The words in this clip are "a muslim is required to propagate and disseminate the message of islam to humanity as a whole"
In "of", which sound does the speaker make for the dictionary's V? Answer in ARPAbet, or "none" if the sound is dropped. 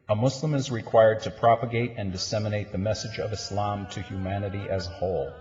V